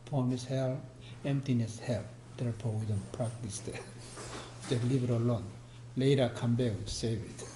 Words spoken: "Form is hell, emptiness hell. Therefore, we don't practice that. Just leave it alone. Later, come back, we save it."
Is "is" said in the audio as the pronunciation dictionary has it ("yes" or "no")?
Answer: no